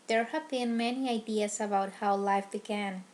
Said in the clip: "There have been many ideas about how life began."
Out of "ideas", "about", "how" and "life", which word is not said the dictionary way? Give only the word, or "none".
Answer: ideas